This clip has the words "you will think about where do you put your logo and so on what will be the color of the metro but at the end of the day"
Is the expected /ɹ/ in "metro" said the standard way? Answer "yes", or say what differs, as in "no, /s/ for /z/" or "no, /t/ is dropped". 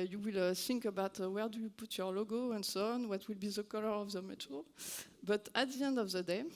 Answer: no, /ɹ/ is dropped